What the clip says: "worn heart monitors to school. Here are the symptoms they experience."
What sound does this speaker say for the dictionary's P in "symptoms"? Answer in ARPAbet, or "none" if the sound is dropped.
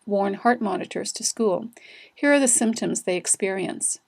P